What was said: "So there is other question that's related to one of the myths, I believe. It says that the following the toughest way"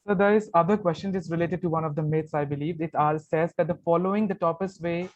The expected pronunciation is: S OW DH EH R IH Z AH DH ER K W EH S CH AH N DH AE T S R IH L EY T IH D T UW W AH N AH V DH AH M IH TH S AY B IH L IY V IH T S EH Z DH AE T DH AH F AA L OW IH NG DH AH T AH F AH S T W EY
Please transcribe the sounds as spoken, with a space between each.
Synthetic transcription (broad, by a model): S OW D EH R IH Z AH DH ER K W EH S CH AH N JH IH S R IH L EY T IH D T UW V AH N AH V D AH M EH T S AY B IH L IY V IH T S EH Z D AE T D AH F AA L OW IH NG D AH T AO P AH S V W EY